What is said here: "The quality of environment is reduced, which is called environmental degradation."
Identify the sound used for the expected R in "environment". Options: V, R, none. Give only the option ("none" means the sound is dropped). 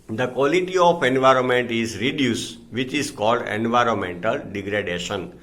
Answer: R